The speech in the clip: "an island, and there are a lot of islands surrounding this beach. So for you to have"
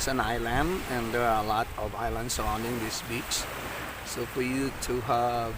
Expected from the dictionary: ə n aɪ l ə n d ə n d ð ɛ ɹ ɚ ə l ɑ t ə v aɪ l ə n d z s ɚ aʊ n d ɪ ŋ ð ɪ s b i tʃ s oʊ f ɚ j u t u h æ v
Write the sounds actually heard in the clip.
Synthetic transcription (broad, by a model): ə n aɪ l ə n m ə n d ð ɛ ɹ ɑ ə l ɑ t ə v aɪ l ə n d s ɚ aʊ n d ɪ ŋ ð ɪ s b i s s oʊ f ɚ j u t u h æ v